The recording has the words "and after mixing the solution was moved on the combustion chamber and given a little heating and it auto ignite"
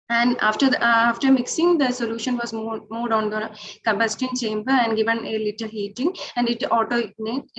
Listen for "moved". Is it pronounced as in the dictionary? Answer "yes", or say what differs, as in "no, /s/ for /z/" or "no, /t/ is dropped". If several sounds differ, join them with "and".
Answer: no, /v/ is dropped